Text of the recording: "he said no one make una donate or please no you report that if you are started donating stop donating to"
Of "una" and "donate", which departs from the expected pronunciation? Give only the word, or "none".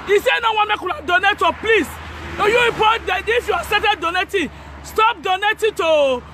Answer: una